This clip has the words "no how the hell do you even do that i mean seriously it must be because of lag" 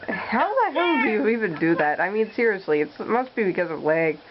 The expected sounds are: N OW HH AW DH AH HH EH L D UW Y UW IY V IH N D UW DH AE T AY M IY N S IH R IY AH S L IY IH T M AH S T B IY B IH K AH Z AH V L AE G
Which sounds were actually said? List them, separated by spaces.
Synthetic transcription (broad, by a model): HH AW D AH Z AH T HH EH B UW IY V IH N D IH DH AE T AY M IY N S IH R IY AH S L IY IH T M AH S T B IY B IH K AH Z AH V L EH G